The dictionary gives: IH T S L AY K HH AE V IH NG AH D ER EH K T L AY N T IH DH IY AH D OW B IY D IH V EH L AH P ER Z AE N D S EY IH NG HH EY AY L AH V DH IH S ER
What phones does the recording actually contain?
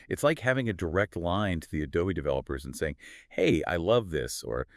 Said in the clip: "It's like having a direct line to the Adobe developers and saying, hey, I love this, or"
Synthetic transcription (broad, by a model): IH T S L AY K HH AE V IH NG AH D ER EH K T L AY N T IH DH IY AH D OW IY D IH V EH L AH P ER Z N S EY IH NG HH EY AY L AH V DH IH S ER